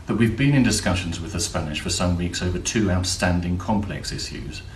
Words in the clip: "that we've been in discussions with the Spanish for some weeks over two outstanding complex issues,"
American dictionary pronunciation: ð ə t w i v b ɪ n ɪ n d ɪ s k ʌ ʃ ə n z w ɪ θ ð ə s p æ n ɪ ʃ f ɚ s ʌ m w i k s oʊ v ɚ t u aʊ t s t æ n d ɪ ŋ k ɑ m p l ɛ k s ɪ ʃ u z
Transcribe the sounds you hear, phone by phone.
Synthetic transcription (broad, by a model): ð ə t w i v b ɪ n ɪ n d ɪ s k ʌ ʃ ə n z w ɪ ð ə s p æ n ɪ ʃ f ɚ s ʌ m w i k s oʊ v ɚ t u aʊ t s t æ n d ɪ ŋ k ɑ m p l ɛ k s ɪ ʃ u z